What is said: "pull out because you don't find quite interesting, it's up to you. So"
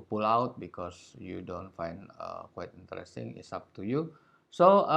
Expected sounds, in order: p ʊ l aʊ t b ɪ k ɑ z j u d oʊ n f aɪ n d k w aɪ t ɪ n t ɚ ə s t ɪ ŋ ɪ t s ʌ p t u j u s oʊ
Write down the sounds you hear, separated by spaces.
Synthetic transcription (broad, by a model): p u l aʊ t b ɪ k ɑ s j u d oʊ n f aɪ n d k w aɪ t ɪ n t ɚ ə s t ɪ ŋ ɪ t s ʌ p t u j u s oʊ